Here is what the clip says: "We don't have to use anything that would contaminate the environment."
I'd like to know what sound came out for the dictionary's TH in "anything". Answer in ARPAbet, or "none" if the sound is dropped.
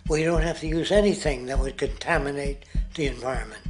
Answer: TH